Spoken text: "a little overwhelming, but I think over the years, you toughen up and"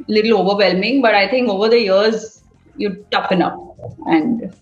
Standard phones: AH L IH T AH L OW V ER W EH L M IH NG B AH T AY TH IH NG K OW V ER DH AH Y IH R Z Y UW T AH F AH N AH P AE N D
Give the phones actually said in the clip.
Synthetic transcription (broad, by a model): L IH T L OW V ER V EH L M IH NG B AH T AY T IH NG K OW V ER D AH Y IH R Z Y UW T AH F AH N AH F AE N D